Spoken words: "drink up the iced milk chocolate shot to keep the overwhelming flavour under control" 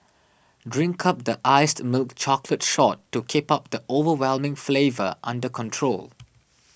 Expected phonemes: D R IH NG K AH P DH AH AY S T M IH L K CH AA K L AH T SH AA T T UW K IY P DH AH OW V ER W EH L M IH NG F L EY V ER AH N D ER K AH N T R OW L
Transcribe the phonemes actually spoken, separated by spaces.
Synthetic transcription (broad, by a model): D R IH NG K AH P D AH AY S T M IH L K CH AA K L AH T SH AA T T UW K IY P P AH OW V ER W EH L M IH NG F L EY V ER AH N D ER K AH N T R OW L